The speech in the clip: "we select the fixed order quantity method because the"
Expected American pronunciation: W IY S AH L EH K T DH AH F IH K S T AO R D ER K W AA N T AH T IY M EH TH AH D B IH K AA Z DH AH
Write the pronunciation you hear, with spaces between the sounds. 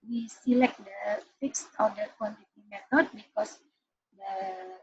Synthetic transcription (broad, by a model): W IY S AH L EH K T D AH F IH K S T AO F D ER K W AA N T AH T IY M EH T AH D B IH K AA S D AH